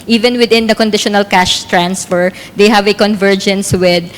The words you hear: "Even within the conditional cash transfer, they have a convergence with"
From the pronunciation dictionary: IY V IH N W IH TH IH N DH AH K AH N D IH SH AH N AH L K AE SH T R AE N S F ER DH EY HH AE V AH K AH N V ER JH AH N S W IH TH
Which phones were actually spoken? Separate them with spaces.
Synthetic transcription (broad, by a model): IY V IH N W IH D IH N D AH K AH N D IH SH AH N AH L K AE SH T R AE N S F ER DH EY HH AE V AH K AH N V ER JH AH N S W IH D